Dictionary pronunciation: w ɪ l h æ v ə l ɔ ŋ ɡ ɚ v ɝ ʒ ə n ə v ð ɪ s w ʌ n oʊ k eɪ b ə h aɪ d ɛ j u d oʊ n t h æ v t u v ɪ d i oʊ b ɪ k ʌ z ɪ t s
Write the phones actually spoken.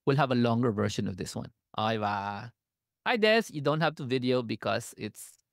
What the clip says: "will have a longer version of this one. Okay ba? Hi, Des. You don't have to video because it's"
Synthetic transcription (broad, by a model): w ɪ l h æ v ə l ɔ ŋ ɡ ɚ v ɝ ʃ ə n ə v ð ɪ s w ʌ n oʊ ɪ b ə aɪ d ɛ j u d oʊ n t h æ v t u v ɪ d i oʊ b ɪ k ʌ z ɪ t s